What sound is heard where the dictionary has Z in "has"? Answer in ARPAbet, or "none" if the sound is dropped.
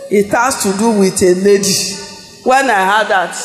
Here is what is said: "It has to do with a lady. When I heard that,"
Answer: S